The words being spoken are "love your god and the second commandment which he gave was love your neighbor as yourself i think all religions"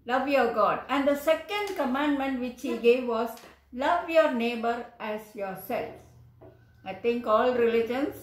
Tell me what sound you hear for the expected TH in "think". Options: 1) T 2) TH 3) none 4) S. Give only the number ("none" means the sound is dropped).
1